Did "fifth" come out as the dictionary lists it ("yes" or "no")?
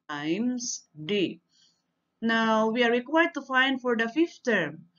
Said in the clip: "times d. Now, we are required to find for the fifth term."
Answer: no